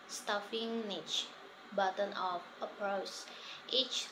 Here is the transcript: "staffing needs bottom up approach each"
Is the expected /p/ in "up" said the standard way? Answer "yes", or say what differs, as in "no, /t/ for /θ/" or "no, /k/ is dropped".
no, /f/ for /p/